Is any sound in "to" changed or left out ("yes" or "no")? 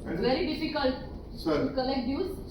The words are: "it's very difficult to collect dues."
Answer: yes